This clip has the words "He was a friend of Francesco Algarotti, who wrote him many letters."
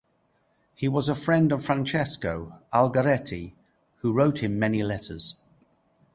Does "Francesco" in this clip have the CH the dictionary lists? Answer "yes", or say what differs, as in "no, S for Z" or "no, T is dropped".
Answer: yes